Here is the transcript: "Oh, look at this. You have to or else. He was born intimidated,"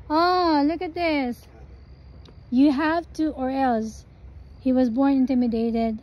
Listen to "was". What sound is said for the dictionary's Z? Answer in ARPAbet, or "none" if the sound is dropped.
Z